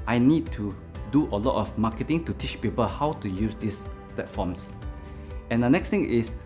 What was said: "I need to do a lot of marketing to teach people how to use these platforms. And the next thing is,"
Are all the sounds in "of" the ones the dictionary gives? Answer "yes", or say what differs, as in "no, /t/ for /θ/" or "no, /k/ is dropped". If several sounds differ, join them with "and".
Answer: no, /f/ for /v/